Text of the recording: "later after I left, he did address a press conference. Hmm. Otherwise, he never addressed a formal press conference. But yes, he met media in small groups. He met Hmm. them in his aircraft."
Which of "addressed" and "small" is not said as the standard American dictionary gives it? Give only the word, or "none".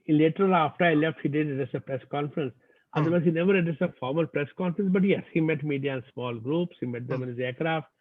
addressed